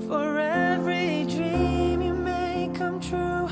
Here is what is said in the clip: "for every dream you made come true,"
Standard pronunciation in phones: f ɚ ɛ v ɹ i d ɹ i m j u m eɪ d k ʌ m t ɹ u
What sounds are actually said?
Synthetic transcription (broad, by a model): f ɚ ɛ v ɹ i d ɹ i m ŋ m eɪ k ʌ m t ɹ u